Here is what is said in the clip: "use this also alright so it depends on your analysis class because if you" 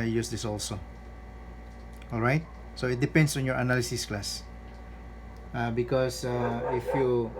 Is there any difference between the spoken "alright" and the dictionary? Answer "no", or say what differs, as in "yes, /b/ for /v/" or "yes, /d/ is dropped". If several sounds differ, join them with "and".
no